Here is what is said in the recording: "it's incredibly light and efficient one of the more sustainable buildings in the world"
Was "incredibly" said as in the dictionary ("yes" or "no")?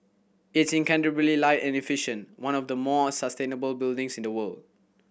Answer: no